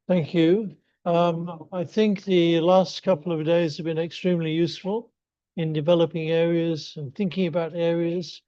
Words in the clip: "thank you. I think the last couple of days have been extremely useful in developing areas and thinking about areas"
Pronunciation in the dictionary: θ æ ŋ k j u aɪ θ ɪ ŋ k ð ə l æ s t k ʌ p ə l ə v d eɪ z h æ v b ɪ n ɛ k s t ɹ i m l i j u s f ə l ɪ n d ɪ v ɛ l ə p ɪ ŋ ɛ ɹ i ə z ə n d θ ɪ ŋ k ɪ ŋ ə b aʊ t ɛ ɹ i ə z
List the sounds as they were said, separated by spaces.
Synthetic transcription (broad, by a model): θ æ ŋ k j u aɪ θ ɪ ŋ k ð ə l æ s t k ʌ p l ə v d eɪ z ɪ v b ɪ n ɛ k s t ɹ i m l i j u s f ə l ɪ n d ɪ v ɛ l ə p ɪ ŋ ɛ ɹ i ə z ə n θ ɪ ŋ k ɪ ŋ ə b aʊ t ɛ ɹ i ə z